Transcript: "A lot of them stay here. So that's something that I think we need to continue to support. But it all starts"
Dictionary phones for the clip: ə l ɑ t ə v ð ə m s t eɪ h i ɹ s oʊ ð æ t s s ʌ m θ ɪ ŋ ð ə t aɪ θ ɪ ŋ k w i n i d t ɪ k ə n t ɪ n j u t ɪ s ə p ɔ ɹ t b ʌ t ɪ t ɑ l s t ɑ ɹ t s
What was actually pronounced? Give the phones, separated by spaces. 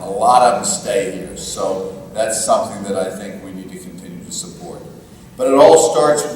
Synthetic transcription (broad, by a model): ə l ɑ t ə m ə s t eɪ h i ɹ s oʊ ð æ t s s ʌ m θ ɪ ŋ ð ə t aɪ θ ɪ ŋ k w i n i d t ɪ k n t ɪ n j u t ɪ s ə p ɔ ɹ t b ʌ t ɪ t ɑ l s t ɑ ɹ t s